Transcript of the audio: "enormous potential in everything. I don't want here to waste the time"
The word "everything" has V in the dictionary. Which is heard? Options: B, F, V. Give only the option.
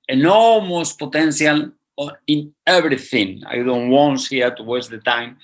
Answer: B